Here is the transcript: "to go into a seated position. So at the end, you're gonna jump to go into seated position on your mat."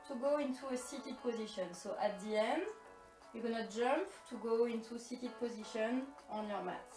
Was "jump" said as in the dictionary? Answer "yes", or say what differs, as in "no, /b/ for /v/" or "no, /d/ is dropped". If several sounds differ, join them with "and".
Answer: yes